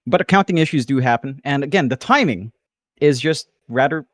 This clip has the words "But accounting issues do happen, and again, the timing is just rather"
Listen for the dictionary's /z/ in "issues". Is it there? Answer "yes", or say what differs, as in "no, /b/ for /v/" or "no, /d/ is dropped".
yes